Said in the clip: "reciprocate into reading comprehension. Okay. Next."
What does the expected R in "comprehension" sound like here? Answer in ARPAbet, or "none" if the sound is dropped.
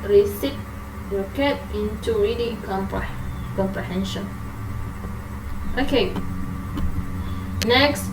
R